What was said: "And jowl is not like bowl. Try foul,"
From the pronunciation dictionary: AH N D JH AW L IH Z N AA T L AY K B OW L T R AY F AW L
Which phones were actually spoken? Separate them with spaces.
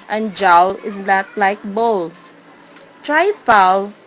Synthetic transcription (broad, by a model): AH N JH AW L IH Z L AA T L AY K B OW L T R AY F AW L